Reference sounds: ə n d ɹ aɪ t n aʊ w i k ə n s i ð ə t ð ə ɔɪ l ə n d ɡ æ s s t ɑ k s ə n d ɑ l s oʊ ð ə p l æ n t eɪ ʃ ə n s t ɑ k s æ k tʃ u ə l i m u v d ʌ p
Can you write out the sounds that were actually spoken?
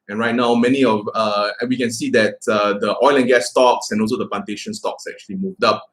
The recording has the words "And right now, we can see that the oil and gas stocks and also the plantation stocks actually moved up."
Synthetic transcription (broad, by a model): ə n ɹ aɪ t n aʊ w i k ə n s i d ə t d ə ɔɪ l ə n ɡ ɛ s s t ɑ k s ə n ɑ l s oʊ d ə p l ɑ n t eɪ ʃ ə n s t ɑ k s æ k tʃ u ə l i m u v d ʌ p